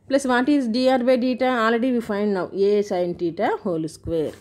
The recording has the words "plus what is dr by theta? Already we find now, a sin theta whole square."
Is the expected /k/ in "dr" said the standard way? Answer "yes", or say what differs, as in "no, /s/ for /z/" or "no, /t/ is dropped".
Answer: no, /k/ is dropped